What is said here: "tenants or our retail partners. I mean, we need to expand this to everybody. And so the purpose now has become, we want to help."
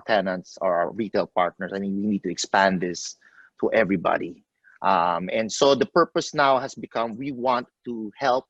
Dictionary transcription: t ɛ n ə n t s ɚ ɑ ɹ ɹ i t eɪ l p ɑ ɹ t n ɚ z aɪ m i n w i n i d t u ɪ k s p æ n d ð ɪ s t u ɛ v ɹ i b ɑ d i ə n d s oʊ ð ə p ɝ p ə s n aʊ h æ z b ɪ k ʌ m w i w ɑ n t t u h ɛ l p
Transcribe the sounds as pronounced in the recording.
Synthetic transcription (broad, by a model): t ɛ n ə n t s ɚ ɑ ɹ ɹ i t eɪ l p ɑ ɹ t n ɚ s aɪ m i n w i n i d t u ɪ k s p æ n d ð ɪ s t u ɛ v ɹ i b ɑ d i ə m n s oʊ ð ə p ɝ p ə s n aʊ h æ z b ɪ k ʌ m w i w ɑ n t t u h ɛ l p